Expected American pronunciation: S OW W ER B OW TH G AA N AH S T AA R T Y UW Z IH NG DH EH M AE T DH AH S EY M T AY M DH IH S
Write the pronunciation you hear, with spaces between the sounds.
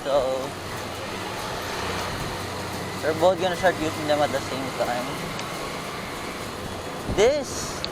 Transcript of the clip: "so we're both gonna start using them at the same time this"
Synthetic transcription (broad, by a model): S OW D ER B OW T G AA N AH S T AA R T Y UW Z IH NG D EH M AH T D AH S EY M T AY M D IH S